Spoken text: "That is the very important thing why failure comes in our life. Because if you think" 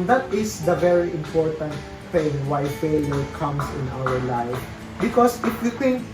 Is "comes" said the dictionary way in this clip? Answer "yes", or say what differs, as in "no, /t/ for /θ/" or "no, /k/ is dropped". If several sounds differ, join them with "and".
no, /s/ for /z/